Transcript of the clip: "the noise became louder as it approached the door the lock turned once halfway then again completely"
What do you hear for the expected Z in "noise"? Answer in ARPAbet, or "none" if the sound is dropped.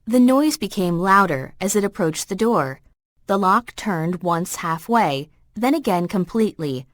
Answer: Z